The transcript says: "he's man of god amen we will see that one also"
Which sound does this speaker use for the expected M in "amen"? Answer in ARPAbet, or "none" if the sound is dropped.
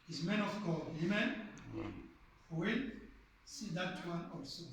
M